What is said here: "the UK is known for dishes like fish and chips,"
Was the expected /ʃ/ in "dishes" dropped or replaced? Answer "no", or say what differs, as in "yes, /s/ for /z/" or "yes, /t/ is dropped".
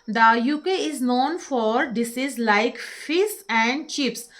yes, /s/ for /ʃ/